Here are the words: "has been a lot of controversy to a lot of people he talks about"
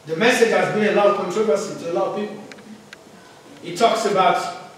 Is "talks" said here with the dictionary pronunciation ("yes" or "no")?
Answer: yes